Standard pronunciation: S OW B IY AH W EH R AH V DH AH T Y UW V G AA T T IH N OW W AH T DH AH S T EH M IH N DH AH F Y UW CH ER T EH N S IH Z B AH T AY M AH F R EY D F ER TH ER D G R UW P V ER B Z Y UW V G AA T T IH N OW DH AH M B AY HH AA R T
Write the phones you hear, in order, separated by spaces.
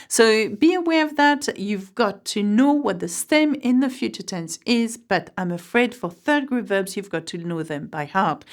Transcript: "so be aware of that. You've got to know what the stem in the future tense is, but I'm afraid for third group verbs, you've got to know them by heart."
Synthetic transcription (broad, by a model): S OW B IY AH W EH R AH V DH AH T Y UW V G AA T T IH N OW W AH T DH AH S T EH M IH N DH AH F Y UW CH ER T EH N S IH Z B AH T AY M AH F R EY D F ER TH ER D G R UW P V ER B Z Y UW V G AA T T IH N OW DH AH M B AY HH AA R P